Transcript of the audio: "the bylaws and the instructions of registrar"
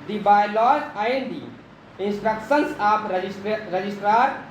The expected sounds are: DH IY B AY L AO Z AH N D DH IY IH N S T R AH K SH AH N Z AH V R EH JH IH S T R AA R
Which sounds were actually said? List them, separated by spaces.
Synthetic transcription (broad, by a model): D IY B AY L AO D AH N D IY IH N S T R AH K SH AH N S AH P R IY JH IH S T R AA R